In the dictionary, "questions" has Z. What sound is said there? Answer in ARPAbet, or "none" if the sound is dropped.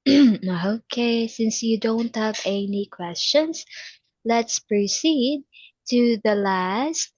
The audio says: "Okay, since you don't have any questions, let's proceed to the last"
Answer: S